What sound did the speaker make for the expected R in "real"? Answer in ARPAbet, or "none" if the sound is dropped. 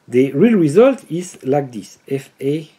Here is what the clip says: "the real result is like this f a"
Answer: R